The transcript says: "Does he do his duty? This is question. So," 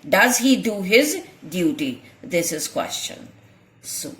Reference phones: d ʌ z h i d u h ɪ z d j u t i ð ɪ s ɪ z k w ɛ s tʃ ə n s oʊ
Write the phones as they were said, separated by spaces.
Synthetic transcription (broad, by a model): d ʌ z h i d u h ɪ z d j u t i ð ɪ s ɪ z k w ɛ s tʃ ə n s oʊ